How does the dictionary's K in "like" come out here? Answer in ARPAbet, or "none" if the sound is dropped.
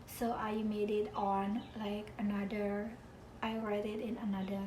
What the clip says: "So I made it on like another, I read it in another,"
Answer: K